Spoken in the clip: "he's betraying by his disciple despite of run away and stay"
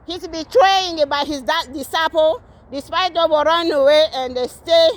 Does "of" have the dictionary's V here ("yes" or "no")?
no